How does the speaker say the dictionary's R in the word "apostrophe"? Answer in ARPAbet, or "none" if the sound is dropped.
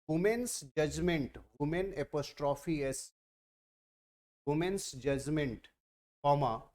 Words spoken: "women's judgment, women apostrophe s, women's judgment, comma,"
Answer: R